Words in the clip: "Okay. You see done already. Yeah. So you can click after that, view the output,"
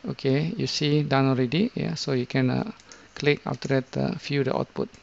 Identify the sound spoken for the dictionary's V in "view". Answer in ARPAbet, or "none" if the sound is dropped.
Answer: F